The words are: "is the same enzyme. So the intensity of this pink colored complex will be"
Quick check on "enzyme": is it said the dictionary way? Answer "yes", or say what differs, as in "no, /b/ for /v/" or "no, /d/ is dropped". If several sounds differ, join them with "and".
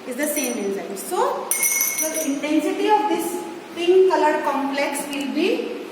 no, /n/ is dropped